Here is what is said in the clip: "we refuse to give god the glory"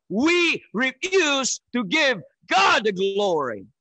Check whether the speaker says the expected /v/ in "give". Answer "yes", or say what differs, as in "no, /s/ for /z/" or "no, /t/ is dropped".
yes